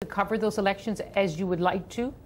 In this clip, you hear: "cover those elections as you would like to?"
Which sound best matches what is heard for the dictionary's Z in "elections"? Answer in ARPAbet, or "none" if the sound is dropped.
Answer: Z